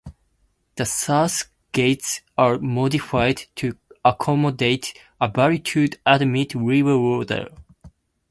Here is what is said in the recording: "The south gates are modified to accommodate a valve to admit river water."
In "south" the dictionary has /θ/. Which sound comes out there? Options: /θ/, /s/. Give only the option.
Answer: /s/